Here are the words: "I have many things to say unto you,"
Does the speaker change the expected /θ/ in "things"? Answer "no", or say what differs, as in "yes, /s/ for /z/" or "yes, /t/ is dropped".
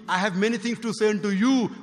yes, /t/ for /θ/